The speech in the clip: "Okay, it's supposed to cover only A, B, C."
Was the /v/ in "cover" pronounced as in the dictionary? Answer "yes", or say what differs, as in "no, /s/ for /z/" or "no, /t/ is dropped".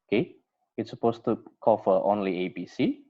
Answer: no, /f/ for /v/